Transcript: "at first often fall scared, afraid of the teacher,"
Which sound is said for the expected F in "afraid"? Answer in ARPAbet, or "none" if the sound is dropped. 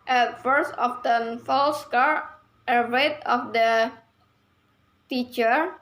none